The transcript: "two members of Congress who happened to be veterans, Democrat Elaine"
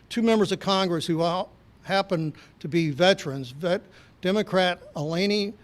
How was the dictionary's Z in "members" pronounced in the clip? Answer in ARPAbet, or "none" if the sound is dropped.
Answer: Z